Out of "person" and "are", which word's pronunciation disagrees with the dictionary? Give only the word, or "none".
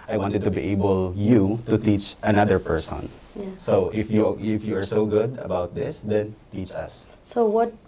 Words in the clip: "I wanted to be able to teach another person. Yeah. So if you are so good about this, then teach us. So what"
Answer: none